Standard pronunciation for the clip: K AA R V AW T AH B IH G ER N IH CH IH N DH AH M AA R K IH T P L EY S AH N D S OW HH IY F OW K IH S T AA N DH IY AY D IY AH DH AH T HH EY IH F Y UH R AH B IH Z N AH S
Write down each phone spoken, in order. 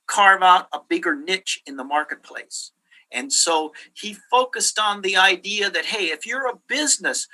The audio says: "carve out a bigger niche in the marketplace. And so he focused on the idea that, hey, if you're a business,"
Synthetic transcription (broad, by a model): K AA R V AW T AH B IH G ER N IH CH IH N DH AH M AA R K IH T P L EY S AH N S OW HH IY F OW K IH S T N DH IY AY D IY AH DH AH T HH EY IH F Y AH R AH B IH Z N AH S